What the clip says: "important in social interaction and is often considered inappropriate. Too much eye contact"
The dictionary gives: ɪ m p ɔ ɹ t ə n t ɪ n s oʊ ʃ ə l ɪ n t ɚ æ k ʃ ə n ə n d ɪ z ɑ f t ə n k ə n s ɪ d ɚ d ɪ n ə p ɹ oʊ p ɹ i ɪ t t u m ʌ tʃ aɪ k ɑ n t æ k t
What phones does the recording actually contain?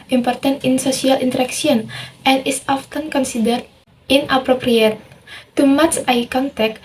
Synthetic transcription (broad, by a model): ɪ m p ɔ ɹ t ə n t ɪ n s oʊ s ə l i n t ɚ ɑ k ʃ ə n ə n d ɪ s ɑ f t ə n k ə n s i d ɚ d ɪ n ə p ɹ oʊ p ɹ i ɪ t t u m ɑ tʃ aɪ k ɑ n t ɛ k